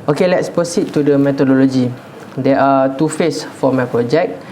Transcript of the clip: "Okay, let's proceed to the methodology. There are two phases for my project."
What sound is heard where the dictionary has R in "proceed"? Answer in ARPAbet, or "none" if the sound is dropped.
none